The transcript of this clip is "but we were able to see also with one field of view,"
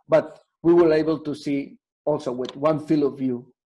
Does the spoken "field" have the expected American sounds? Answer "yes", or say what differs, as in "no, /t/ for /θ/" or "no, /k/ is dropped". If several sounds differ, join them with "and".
no, /d/ is dropped